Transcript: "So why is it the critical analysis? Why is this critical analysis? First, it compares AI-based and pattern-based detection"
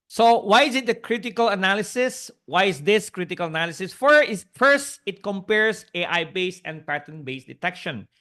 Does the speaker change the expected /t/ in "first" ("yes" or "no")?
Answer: no